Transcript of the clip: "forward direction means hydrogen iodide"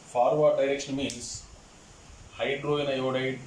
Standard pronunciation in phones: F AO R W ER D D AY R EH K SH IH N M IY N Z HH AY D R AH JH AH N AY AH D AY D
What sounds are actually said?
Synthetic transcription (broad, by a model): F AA R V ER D D AY R EH K SH IH N M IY N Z HH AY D R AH AH N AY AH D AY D